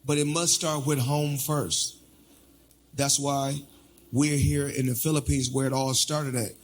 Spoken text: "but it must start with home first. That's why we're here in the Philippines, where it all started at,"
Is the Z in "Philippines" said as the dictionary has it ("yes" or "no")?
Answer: yes